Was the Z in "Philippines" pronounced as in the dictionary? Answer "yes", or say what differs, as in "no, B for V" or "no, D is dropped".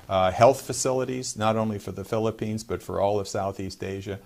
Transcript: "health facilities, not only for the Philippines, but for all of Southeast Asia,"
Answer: yes